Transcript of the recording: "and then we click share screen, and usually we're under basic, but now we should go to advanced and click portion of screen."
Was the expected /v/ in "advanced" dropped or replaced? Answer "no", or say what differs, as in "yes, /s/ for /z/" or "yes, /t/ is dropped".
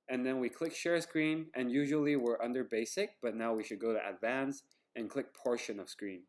no